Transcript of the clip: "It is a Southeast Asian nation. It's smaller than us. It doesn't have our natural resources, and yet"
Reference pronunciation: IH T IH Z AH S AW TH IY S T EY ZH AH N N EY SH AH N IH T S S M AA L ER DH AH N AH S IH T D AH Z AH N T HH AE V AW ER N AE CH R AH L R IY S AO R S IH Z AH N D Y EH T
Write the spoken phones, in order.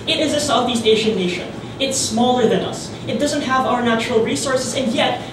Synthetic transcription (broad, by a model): IH T IH Z AH S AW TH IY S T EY SH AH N N EY SH AH N IH T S S M AA L ER DH AH N AH S IH T D AH Z AH N T HH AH V AW ER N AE CH R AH L R IY S AO R S IH Z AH N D Y EH T